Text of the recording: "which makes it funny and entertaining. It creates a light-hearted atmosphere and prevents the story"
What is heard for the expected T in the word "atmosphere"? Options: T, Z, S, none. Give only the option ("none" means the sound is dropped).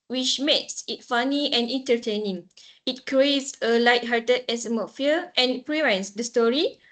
S